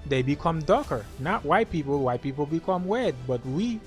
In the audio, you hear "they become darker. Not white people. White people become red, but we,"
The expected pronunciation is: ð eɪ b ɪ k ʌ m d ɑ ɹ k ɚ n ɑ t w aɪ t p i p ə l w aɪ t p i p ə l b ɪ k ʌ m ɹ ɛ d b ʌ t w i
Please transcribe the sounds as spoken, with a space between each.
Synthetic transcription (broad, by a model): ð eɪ b ɪ k ʌ m d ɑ k ɚ n ɑ t w aɪ t p i p l w aɪ t p i p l b ɪ k ʌ m w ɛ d b ʌ t w i